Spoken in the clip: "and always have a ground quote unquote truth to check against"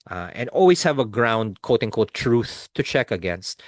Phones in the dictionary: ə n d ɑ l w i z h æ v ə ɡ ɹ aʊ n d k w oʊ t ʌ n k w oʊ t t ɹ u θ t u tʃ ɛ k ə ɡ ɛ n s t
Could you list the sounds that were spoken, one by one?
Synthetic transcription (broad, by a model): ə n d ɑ l w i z h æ v ə ɡ ɹ aʊ n d k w oʊ t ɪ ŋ k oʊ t t ɹ u θ t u tʃ ɛ k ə ɡ ɛ n s t